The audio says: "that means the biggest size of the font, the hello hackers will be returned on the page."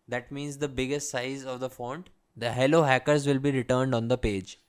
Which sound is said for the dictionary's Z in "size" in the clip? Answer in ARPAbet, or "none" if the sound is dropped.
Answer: Z